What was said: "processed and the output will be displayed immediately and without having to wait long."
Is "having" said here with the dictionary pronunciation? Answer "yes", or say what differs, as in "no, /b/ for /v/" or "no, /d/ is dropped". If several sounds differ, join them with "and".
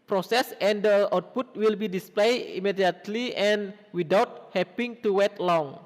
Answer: no, /p/ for /v/